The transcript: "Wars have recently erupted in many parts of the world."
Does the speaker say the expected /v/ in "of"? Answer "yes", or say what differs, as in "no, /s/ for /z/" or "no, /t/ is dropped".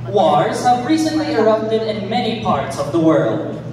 yes